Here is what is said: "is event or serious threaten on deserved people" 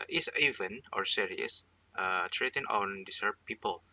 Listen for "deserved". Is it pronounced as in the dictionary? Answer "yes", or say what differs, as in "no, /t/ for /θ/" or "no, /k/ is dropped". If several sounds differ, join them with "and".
no, /s/ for /z/